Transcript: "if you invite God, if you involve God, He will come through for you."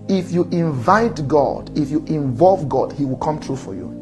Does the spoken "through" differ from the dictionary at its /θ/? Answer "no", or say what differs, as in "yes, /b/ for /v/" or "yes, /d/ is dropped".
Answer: yes, /t/ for /θ/